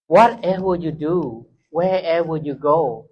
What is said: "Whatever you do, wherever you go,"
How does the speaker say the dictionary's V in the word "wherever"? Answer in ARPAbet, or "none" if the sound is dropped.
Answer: W